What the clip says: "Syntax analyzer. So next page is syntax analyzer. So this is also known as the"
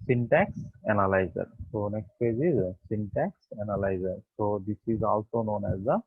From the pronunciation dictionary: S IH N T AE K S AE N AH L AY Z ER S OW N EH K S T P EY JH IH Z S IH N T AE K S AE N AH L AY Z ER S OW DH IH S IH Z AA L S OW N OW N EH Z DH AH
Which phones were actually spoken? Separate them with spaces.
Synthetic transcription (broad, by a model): S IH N T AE K S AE N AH L AY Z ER S OW N EH K S T F EY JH IH Z S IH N T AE K S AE N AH L AY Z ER S OW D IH S IH Z AA L S OW N OW N EH Z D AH